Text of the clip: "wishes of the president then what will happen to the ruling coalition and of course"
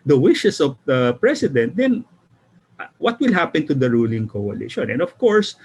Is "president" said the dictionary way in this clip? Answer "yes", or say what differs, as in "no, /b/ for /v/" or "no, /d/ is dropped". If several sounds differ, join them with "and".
no, /s/ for /z/